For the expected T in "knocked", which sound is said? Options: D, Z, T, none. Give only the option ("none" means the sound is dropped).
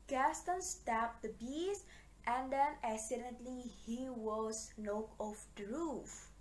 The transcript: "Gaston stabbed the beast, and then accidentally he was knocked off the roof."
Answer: none